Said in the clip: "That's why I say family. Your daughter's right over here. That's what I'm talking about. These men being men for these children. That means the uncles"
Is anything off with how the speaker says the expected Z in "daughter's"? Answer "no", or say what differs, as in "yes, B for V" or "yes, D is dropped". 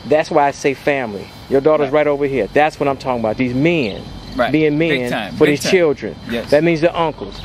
no